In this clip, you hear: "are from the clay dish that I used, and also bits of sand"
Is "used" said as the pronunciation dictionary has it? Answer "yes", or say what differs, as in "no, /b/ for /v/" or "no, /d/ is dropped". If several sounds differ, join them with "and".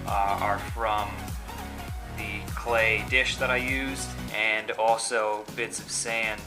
yes